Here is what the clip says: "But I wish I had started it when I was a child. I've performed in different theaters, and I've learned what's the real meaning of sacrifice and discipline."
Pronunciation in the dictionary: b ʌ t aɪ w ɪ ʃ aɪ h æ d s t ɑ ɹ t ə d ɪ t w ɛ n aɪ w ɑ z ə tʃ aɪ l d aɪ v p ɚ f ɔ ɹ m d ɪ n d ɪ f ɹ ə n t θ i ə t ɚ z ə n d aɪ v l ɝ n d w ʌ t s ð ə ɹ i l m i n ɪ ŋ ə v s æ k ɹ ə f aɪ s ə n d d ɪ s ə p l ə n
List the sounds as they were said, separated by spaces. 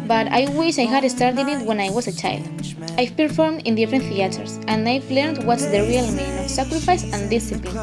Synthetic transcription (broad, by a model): b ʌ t aɪ w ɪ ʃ aɪ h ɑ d s t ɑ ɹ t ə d ɪ t w ɛ n aɪ w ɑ s ə tʃ aɪ l d aɪ p ɚ f ɔ ɹ m d ɪ n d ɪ f ɹ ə n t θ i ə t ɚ s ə n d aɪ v l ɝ n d w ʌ t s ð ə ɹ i l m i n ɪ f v s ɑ k ɹ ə f aɪ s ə n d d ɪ s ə p l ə n